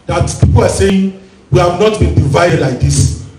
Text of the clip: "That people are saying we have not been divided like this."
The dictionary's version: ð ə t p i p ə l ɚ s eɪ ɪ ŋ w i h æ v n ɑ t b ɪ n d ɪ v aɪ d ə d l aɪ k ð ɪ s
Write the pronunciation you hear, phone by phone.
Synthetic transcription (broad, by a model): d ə t p i p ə w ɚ s eɪ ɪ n w i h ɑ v n ɑ t b ɪ n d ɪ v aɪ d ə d l aɪ k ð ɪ s